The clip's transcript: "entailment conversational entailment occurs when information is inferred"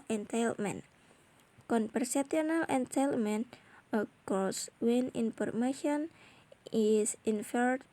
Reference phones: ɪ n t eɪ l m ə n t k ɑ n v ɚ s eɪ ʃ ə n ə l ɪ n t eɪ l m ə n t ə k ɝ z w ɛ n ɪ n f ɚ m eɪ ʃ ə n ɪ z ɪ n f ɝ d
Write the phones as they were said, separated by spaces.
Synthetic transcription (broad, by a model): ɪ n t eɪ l m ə n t k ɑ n p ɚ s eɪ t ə n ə l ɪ n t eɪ l m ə n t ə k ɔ s w ɛ n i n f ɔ m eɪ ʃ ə n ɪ s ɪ n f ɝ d